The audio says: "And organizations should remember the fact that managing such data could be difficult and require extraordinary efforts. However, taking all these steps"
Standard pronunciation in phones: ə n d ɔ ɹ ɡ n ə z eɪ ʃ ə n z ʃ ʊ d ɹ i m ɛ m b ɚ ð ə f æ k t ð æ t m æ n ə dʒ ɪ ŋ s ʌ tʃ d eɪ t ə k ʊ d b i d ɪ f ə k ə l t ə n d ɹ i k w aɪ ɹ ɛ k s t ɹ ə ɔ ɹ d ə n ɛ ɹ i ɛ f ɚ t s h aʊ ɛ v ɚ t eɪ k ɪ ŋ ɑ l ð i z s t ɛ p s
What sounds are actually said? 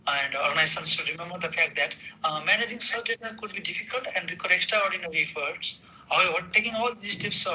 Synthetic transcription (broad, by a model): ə n d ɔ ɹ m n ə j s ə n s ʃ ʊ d ɹ i m ɛ m b ɚ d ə f æ k t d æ t m æ n ə dʒ ɪ ŋ s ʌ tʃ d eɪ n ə k ʊ d b i d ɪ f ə k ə l t ə n d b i k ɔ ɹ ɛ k t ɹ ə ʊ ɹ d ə n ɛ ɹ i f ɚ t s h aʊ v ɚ t eɪ k ɪ ŋ ɑ l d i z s t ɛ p s